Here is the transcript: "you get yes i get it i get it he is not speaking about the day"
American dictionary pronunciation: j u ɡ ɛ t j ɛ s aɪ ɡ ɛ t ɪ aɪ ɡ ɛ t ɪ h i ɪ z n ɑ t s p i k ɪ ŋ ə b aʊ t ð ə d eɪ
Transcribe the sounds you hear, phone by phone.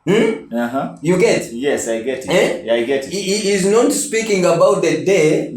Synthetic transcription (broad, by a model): j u ɡ ɛ t j ɛ s aɪ ɡ ɛ t ɪ aɪ ɡ ɛ t ɪ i ɪ z n ɑ t s p i k ɪ ŋ ə b aʊ t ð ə d eɪ